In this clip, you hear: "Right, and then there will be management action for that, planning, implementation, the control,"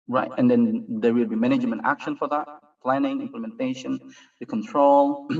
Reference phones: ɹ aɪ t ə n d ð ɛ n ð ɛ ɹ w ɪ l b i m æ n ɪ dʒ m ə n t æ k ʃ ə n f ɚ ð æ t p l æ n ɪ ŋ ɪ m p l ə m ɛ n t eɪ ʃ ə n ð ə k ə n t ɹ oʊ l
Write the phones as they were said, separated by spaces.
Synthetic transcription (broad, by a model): ɹ aɪ t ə n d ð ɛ n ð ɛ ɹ w ɪ l b i m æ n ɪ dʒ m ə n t æ k ʃ ə n f ɚ ð æ t p l æ n ɪ ŋ ɪ m p l ə m ɛ n t eɪ ʃ ə n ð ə k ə n t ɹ oʊ l